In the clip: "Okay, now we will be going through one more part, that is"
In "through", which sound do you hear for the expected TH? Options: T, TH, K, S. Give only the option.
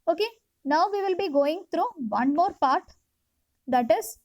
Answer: T